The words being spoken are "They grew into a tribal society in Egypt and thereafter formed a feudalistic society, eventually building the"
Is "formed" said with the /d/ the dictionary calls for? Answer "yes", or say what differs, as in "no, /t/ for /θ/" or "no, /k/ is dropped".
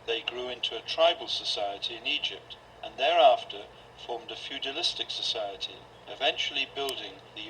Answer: yes